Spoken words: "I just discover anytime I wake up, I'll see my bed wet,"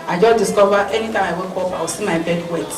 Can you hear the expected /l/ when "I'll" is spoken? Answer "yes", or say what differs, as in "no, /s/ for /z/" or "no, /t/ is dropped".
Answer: no, /w/ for /l/